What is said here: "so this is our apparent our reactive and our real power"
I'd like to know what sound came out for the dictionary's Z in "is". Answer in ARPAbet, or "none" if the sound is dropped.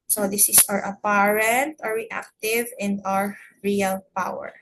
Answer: S